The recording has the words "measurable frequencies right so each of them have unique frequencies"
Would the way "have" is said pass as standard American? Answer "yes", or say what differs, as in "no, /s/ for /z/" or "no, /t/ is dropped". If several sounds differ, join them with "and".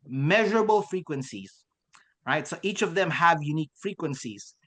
yes